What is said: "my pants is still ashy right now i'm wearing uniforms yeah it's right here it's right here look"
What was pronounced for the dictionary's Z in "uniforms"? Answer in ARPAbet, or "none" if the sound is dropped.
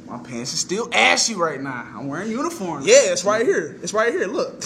none